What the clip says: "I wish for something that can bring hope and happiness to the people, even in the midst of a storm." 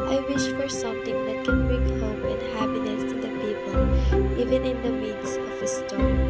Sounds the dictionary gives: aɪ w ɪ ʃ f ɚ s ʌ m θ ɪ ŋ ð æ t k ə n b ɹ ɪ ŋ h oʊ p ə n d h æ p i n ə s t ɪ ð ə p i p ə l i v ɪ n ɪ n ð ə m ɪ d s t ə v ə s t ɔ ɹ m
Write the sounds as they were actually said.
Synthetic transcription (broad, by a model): aɪ w ɪ ʃ f ɚ s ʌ m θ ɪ ŋ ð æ t k ə n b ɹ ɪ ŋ h oʊ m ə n h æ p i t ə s t ɪ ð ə p i p ə l i v ɪ n ɪ n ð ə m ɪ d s ə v ə s t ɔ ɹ